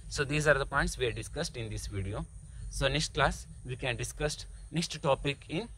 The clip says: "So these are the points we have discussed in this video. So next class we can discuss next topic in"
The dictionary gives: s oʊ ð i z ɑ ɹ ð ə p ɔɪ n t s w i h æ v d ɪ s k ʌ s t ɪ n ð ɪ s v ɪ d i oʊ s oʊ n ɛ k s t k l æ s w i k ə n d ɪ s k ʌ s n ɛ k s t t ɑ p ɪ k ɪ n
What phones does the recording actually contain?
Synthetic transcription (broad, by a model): s oʊ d i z ɑ ɹ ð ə p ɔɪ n t s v i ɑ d d ɪ s k ʌ s t ɪ n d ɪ s v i d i oʊ s oʊ n ɛ k s t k l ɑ s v i k ə n d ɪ s k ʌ s n ɛ k s t t ɑ p ɪ k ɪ n